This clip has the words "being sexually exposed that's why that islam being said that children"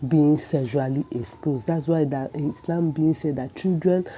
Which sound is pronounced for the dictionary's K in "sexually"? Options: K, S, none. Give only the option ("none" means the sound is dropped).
none